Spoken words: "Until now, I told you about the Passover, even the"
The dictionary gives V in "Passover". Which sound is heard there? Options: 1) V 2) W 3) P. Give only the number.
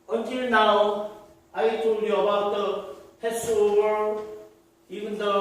2